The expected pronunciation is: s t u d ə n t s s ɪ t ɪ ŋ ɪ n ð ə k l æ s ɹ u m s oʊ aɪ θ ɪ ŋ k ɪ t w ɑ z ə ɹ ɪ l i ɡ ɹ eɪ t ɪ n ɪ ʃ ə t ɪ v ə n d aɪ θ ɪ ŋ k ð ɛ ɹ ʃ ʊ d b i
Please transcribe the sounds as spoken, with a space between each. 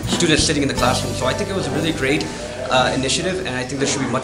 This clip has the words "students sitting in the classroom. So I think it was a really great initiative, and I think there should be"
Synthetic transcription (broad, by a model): s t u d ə n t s s ɪ t ɪ ŋ ɪ n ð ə k l æ s ɹ u m s oʊ aɪ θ ɪ ŋ k ɪ t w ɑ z ə ɹ ɪ l i ɡ ɹ eɪ t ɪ n ɪ ʃ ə t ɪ v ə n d aɪ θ ɪ ŋ k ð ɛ ʃ ʊ d b i